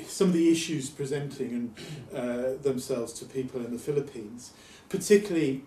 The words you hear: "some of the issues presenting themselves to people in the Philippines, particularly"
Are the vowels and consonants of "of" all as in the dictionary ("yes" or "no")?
yes